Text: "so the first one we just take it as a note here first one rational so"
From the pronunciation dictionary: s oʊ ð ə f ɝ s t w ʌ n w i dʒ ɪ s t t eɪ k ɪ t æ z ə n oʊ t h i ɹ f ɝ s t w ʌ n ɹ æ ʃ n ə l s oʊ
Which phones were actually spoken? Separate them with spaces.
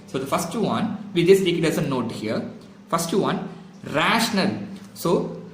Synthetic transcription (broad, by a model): s oʊ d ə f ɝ s t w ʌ n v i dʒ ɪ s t t eɪ k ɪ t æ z ə n oʊ t h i ɹ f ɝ s t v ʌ n ɹ æ ʃ n ə l s oʊ